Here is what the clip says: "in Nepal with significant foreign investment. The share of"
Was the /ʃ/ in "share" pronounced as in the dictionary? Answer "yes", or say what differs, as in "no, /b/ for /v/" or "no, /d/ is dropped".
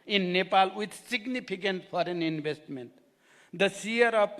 no, /s/ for /ʃ/